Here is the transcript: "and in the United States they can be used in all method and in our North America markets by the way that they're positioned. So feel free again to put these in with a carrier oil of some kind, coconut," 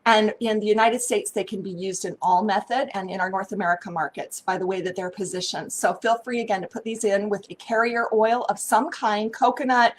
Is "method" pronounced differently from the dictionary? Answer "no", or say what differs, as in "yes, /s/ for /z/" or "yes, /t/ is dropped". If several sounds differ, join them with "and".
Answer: no